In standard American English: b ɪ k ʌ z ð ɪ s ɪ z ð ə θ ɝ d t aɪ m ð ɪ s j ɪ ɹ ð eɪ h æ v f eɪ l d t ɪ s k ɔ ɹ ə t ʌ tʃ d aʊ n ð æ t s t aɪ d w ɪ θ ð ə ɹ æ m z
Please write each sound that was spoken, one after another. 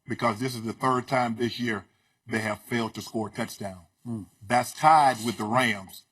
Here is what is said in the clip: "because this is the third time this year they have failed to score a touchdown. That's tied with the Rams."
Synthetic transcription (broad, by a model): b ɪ k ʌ z ð ɪ s ɪ z ð ə θ ɝ d t aɪ m ð ɪ s j ɪ ɹ ð eɪ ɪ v f eɪ l d t ɪ s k ɔ ɹ ə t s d aʊ n ð æ t s t aɪ d w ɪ ð ə ɹ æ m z